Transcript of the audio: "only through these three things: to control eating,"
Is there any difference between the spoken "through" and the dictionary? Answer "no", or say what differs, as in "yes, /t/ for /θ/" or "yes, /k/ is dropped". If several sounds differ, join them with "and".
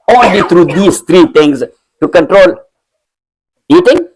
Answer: yes, /t/ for /θ/